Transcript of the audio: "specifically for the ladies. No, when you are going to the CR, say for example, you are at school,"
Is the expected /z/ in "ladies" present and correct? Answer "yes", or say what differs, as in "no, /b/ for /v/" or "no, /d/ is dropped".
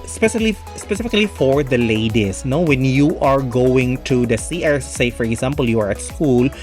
no, /s/ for /z/